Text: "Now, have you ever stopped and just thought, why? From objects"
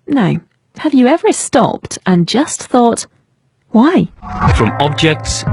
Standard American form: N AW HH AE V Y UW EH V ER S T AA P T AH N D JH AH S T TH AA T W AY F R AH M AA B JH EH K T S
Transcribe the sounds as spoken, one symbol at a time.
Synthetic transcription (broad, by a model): N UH HH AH V Y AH EH V ER S T AA P T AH N JH AH S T TH AA T W AY F R AH M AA B JH EH K T S